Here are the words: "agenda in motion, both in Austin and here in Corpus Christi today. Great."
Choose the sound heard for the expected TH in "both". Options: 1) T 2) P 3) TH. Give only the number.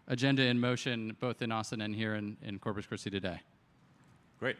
3